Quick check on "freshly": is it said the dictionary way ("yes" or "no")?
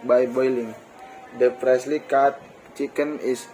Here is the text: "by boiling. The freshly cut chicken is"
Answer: no